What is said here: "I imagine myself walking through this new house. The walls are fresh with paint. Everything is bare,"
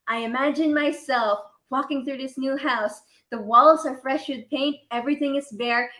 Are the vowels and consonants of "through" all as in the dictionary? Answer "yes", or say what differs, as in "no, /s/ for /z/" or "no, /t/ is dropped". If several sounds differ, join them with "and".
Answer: yes